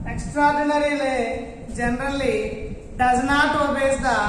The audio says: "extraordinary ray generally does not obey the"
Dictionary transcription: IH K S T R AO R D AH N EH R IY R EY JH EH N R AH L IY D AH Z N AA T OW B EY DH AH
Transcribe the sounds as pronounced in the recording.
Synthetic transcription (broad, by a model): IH K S T R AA R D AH N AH R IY L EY JH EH N R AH L IY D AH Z N AA T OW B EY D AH